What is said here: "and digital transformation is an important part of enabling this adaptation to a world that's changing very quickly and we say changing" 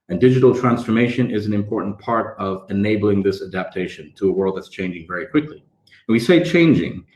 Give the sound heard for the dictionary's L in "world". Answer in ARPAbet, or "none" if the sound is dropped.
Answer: L